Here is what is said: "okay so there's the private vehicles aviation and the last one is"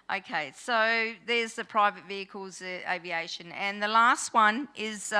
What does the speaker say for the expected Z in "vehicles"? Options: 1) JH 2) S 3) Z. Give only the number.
3